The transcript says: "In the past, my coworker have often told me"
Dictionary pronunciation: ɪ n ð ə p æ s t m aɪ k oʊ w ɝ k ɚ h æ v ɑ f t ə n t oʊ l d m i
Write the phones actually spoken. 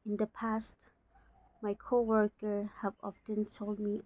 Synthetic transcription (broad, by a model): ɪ n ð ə p æ s t m aɪ k oʊ w ɝ k ɚ h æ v ɑ f t ə n t oʊ l d m i